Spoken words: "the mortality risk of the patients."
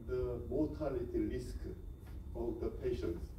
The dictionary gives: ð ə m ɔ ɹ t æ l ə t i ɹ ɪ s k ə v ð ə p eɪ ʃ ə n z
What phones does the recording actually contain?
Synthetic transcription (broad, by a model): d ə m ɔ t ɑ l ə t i l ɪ s k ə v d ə p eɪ ʃ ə n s